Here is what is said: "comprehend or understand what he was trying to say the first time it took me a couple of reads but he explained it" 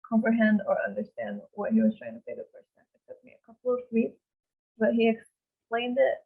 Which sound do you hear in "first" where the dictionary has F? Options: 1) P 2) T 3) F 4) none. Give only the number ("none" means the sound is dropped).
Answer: 1